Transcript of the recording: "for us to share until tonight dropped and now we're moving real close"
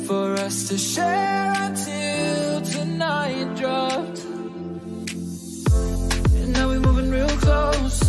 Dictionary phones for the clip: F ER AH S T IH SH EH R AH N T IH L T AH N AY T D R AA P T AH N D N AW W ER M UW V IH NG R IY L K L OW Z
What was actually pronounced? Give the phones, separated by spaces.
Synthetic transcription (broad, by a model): F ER AH S T IH SH EH R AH T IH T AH N AY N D R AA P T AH N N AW W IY M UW V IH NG R IY L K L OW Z